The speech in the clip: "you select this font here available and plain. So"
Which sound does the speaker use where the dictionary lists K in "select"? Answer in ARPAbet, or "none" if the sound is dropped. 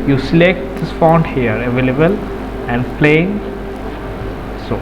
K